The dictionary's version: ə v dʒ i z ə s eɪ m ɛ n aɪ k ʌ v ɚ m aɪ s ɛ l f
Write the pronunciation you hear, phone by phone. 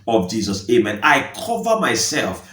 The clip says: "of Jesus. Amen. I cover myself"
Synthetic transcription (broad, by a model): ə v dʒ i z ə s eɪ m ɛ n aɪ k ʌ v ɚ m aɪ s ɛ l f